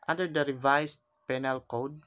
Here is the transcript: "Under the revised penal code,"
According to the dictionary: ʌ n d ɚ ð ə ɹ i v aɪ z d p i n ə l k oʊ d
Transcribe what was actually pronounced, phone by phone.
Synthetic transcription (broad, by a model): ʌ n d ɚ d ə ɹ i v aɪ s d p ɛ n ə l k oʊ d